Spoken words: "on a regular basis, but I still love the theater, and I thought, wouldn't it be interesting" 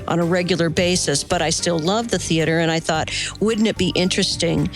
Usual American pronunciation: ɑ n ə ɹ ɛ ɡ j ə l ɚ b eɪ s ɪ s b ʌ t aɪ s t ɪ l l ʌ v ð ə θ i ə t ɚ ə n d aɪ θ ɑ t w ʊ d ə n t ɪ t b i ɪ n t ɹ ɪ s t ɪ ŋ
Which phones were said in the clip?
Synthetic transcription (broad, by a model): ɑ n ə ɹ ɛ ɡ j l ɚ b eɪ s ɪ s b ʌ t aɪ s t ɪ l l ʌ v ð ə θ i ə t ɚ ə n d aɪ θ ɑ t w ʊ d n ɪ t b i ɪ n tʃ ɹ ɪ s t ɪ ŋ